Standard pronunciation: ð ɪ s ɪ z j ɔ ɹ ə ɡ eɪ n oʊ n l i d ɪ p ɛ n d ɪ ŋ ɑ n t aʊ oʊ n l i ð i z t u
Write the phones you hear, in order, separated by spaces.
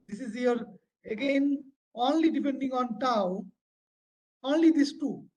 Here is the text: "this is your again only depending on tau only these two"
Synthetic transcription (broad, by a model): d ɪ s ɪ z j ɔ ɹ ə ɡ eɪ n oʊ n l i d ɪ p ɛ n d ɪ ŋ ɑ n t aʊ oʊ n l i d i s t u